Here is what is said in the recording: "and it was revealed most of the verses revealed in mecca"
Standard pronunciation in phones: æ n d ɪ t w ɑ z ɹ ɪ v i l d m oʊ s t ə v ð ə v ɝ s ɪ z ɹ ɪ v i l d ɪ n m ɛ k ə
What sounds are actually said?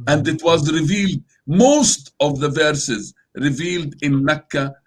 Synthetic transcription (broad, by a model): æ n d ɪ t w ɑ z ɹ ɪ v i l d m oʊ s t ə v ð ə v ɝ s ɪ z ɹ ɪ v i l d ɪ n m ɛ k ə